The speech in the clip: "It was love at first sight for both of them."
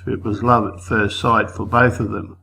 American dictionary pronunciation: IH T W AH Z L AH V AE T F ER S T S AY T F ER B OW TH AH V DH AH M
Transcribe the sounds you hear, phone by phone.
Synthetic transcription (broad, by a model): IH T W AH Z L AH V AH T F ER S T S AY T F ER B OW TH AH V DH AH M